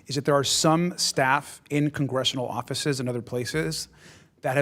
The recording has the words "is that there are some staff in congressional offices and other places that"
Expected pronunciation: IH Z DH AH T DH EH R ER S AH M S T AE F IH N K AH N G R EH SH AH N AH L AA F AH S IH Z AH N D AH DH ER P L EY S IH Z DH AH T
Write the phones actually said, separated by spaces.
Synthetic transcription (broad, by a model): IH Z DH AH T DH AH R S AH M S T AE F IH N K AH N G R EH SH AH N L AA F AH S IH Z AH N AH DH ER P L EY S IH Z DH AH T